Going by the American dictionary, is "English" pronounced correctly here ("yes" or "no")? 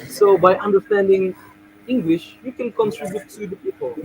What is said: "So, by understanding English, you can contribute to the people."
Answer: yes